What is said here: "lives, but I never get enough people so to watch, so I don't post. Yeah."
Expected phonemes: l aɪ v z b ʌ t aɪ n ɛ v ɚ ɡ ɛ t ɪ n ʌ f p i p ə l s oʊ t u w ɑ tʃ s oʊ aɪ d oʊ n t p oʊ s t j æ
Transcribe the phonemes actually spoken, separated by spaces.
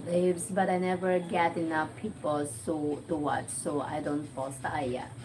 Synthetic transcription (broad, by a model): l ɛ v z b ʌ t aɪ n ɛ v ɚ ɡ ɛ t ɪ n ʌ f p i p ə l s oʊ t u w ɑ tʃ s oʊ aɪ d oʊ n t f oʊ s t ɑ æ